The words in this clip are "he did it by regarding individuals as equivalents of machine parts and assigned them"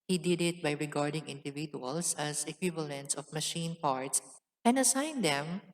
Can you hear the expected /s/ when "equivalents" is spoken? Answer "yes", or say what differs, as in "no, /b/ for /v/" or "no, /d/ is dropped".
yes